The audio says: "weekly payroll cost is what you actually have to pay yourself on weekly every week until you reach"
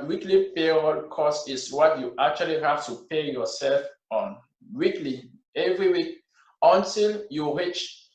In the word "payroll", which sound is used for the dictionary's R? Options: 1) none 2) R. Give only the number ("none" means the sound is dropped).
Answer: 1